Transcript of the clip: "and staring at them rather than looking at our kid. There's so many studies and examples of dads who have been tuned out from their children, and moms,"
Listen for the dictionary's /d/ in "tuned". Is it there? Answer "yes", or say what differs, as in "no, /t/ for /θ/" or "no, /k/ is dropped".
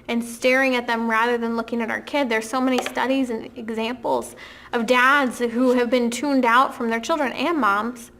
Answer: yes